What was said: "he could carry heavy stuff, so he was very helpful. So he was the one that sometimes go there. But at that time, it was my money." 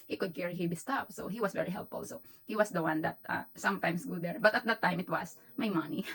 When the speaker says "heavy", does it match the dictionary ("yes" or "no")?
no